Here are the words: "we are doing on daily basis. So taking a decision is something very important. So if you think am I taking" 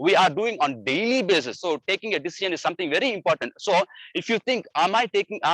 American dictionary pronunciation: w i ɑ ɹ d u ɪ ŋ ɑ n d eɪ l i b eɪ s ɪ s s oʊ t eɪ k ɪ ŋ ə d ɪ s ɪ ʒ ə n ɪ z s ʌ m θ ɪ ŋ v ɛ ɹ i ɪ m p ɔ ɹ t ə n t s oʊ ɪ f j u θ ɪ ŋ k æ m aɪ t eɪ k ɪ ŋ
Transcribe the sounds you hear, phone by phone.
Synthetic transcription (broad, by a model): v i ɑ ɹ d u ɪ ŋ ɑ n d eɪ l i b eɪ s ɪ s s oʊ t eɪ k ɪ ŋ ə d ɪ s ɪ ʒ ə n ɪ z s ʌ m t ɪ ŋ v ɛ ɹ i ɪ m p ɔ ɹ t ə n t s oʊ ɪ f j u t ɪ ŋ k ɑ m aɪ t eɪ k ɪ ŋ